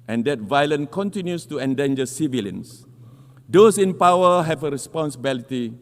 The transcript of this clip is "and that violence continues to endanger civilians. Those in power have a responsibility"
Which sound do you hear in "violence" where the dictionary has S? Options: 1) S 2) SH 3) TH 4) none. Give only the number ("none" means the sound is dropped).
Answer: 4